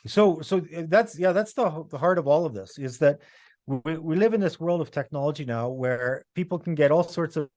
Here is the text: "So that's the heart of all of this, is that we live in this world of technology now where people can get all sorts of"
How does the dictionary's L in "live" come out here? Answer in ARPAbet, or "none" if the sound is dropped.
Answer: L